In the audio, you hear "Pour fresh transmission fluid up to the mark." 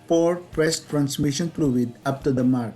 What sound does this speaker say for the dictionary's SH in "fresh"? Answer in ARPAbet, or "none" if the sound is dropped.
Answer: S